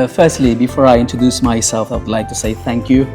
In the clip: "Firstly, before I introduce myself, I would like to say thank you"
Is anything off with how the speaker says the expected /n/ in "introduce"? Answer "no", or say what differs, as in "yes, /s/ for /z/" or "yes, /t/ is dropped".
no